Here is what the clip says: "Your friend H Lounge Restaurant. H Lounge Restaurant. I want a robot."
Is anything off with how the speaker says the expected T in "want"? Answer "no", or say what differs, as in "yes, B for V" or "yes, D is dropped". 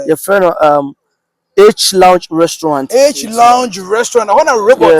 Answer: yes, T is dropped